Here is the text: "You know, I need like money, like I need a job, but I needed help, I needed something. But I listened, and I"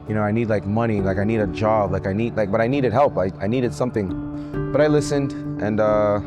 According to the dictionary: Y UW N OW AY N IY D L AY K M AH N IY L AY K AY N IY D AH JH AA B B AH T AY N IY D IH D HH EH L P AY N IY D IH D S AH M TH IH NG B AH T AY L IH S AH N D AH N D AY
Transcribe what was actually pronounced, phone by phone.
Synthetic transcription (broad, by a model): Y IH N OW AY N IY D L AY K M AH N IY L AY K AY N IY D AH JH AA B B AH T AY N IY D IH D HH EH L P AY N IY D IH D S AH M TH IH NG B AH T AY L IH S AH N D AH N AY